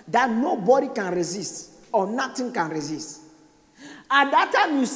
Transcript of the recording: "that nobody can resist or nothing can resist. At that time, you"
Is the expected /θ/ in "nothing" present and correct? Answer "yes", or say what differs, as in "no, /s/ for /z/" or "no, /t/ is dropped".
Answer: no, /t/ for /θ/